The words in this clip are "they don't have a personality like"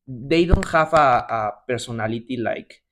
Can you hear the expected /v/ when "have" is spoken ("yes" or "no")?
no